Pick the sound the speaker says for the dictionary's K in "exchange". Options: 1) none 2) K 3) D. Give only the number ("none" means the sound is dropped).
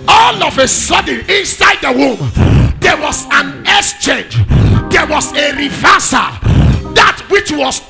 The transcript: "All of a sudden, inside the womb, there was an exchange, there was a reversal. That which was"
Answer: 1